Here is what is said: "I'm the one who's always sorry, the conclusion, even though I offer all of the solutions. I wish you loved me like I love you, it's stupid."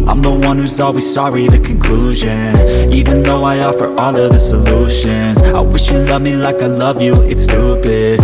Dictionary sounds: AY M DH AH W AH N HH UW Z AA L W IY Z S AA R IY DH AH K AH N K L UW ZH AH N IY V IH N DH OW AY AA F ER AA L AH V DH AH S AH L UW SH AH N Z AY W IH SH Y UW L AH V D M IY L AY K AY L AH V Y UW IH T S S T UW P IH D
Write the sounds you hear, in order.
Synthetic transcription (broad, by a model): AY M DH AH W AH N HH UW Z AA L W IY Z S AA R IY DH AH K AH N K L UW ZH AH N IY V IH N DH OW AY AA F ER AA L AH V DH AH S AH L UW SH AH N Z AY W IH SH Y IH L AH V M IY L AY K AY L AH V Y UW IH T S S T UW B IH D